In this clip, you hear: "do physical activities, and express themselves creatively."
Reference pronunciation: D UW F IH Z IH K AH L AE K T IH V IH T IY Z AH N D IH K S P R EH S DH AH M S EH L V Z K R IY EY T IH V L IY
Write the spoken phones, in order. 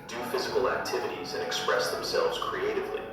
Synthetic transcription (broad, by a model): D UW F IH Z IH K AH L AE K T IH V IH T IY Z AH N IH K S P R EH S DH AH M S EH L V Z K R IY EY T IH V L IY